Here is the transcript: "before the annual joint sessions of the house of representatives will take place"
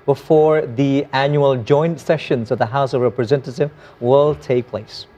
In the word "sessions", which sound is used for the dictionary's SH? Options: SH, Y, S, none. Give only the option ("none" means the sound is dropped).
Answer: SH